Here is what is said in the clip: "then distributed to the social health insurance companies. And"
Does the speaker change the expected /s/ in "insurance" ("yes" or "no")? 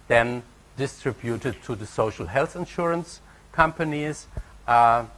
no